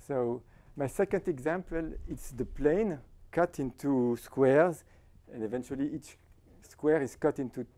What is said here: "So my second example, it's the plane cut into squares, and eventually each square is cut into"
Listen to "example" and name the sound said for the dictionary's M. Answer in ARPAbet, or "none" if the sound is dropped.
M